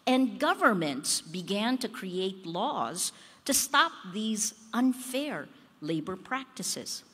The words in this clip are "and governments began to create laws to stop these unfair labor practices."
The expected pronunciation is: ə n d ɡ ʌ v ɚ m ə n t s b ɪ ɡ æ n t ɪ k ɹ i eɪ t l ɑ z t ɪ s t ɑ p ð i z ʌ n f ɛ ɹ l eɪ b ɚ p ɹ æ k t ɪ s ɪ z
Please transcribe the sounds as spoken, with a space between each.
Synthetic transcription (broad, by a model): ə n ɡ ʌ v ɚ m ə n t s b ɪ ɡ æ n t ɪ k ɹ i eɪ t l ɑ z t ɪ s t ɑ p ð i z ʌ n f ɛ ɹ l eɪ b ɚ p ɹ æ k t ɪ s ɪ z